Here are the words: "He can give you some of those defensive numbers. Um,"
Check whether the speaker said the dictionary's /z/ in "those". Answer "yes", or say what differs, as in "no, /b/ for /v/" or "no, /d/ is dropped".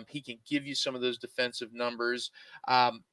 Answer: yes